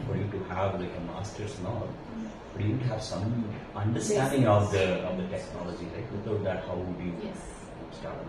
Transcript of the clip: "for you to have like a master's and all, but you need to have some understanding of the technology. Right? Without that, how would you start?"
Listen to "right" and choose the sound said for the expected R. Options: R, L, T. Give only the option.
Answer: L